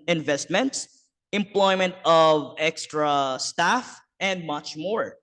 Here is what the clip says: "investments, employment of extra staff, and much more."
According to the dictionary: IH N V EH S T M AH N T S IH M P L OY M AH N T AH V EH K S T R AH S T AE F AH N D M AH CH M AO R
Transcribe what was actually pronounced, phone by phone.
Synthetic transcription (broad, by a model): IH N V EH S T M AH N T S IH M P L OY M AH N T AH V EH K S T R AH S T AE F AH N D M AH CH M AO R